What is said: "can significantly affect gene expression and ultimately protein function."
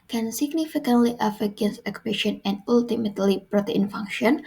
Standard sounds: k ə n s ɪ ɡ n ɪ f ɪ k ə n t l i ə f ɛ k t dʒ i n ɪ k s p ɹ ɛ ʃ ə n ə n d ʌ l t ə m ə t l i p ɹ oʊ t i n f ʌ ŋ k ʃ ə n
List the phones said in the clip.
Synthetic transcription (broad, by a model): k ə n s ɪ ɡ n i f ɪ k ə n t l i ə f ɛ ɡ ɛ n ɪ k p ɛ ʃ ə n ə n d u l t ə m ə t l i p ɹ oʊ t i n f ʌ ŋ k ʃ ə n